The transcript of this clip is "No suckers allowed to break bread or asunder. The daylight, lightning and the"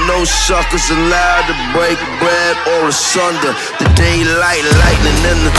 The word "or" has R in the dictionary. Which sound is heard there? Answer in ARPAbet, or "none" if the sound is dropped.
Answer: L